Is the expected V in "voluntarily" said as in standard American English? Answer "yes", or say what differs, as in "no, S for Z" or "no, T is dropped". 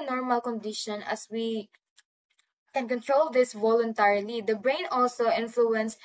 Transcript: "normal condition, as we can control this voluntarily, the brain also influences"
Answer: yes